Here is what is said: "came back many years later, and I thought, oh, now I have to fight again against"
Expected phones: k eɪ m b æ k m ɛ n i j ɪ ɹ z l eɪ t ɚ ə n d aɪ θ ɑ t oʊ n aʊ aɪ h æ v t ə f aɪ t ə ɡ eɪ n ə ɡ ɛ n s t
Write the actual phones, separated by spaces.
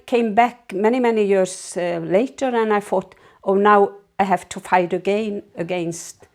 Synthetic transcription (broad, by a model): k eɪ m b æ k m ɛ n i j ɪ ɹ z l eɪ t ɚ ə n aɪ f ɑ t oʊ n aʊ aɪ h æ v t ə f aɪ t ə ɡ eɪ n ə ɡ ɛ n s t